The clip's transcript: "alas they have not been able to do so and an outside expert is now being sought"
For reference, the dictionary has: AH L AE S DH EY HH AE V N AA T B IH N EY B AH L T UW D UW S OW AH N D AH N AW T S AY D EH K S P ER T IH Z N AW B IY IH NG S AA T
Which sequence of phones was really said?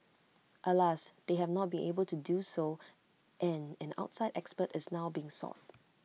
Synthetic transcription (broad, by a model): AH L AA S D EY HH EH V N AA T B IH N EY B AH L T UW D UW S OW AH N AH N AW T S AY D EH K S P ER T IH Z N AW B IY IH NG S AA T